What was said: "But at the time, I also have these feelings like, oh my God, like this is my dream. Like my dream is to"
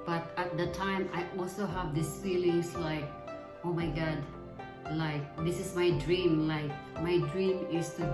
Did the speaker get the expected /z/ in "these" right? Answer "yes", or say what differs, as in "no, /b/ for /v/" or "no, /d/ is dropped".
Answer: no, /s/ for /z/